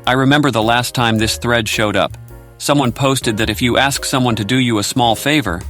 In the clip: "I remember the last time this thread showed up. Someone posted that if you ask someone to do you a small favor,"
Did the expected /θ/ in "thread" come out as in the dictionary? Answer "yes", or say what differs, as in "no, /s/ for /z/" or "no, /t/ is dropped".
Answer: yes